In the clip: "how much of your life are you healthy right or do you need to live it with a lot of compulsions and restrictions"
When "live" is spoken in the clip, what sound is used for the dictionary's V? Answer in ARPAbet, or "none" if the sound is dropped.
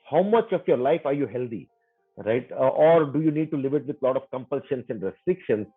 V